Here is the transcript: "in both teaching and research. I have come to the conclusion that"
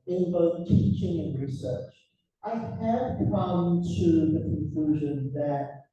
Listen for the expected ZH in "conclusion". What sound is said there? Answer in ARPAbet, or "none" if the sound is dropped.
ZH